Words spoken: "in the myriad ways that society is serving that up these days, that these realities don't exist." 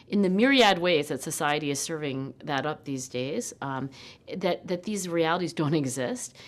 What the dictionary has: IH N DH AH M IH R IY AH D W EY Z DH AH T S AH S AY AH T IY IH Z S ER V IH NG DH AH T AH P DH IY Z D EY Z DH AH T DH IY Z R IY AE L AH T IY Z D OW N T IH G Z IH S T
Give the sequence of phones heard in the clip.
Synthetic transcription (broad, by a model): IH N DH AH M IH R IY AH D W EY Z DH AH T S AH S AY AH T IY IH Z S ER V IH NG DH AH T AH P DH IY Z D EY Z DH AH T DH IY Z R IY AE L AH T IY Z D OW N T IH G Z IH S T